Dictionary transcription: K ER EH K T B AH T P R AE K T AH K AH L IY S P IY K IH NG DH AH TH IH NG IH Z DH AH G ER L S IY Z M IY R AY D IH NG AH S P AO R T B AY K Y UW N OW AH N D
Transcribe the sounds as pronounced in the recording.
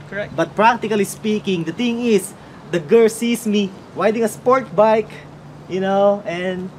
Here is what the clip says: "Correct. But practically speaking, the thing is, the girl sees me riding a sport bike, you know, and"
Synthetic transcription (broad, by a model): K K B AH T P R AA K T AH K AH L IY S P IY K IH NG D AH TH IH NG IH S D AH G ER L S IY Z M IY W AY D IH NG AH S P AO R T B AY K Y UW N OW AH N D